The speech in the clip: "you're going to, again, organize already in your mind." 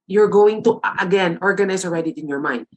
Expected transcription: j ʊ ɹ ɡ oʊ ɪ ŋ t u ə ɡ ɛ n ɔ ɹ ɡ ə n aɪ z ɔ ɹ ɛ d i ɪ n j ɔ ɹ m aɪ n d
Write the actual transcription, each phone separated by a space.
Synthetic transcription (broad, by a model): j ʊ ɹ ɡ oʊ ɪ ŋ t u ə ɡ ɛ n ɔ ɹ ɡ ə n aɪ s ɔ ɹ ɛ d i ɪ n j ɔ ɹ m aɪ n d